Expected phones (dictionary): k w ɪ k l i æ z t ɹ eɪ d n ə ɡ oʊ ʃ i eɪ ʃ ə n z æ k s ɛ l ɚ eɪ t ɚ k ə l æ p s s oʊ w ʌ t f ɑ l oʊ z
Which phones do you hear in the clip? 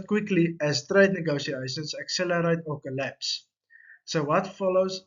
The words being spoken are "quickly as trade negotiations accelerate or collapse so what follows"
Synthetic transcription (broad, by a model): k w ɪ k l i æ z t ɹ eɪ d n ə ɡ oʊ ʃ i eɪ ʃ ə n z æ k s ɛ l ɚ eɪ t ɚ k ə l æ p s s oʊ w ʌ t f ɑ l oʊ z